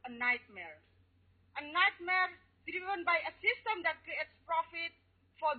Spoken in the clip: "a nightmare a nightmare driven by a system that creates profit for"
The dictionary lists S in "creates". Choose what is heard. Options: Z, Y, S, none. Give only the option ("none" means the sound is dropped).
S